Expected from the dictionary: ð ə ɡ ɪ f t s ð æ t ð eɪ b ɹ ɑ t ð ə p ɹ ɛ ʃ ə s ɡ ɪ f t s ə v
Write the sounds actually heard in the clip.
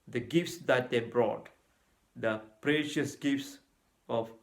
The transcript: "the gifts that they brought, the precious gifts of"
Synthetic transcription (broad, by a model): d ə ɡ ɪ f t s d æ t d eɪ b ɹ ɑ t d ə p ɹ ɛ ʃ ə s ɡ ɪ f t s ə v